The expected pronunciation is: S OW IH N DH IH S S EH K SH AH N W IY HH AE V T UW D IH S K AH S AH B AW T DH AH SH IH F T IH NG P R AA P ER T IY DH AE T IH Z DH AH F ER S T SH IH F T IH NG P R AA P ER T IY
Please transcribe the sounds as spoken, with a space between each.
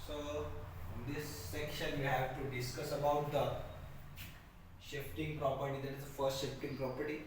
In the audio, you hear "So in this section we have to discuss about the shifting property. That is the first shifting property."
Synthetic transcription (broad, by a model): S OW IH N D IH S S EH K SH AH N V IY HH AE V T UW D IH S K AH S AH B AW T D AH SH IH F T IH NG P R AA P ER T IY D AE T IH Z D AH F ER S T SH IH F T IH NG P R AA P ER T IY